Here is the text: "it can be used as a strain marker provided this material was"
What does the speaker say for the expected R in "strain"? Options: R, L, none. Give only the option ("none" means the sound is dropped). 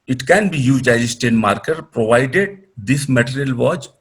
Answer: none